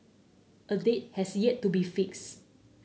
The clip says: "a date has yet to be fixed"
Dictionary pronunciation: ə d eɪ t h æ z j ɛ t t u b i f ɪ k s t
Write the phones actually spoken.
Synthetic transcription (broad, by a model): ə d eɪ t h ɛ s j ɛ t t u b i f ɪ k s